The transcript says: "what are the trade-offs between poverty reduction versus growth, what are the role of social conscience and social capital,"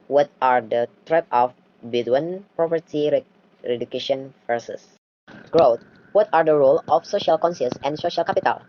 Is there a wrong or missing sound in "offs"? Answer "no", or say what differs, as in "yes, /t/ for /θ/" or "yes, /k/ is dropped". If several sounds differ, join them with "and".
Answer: yes, /s/ is dropped